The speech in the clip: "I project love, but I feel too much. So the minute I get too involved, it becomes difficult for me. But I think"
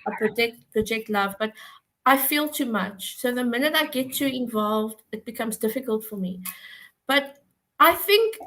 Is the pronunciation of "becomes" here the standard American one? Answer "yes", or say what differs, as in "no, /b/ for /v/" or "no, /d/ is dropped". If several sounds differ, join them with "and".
yes